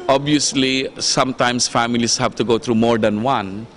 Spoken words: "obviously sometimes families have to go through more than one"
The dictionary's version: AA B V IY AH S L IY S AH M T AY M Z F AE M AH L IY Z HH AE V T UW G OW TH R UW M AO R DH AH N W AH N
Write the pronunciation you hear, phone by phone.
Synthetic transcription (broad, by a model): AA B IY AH S L IY S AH M T AY M S F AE M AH L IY S HH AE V T UW G OW T R UW M AO R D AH N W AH N